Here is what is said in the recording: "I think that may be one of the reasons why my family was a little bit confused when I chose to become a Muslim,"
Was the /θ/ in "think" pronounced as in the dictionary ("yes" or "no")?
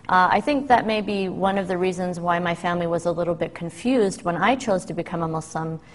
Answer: yes